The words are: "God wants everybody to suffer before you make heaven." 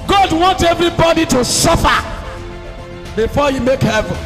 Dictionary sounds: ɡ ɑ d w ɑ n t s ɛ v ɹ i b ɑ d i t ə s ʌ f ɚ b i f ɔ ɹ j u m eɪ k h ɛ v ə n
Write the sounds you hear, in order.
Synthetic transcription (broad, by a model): ɡ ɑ d w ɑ n t ɛ v ɹ i b ɑ d i t ə s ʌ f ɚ b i f ɔ j u m eɪ k h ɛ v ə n